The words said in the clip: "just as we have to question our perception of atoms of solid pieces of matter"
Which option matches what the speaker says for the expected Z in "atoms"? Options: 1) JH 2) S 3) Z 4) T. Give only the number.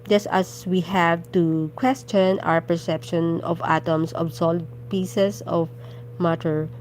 2